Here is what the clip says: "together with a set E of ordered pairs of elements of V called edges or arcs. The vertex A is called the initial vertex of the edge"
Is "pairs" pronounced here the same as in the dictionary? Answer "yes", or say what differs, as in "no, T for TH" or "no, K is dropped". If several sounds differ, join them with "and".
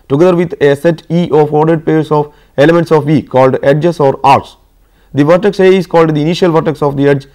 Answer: no, S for Z